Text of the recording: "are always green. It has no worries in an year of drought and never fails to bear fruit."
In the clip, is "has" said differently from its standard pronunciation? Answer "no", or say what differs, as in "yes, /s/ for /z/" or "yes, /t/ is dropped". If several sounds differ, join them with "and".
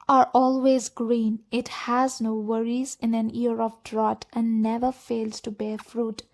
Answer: no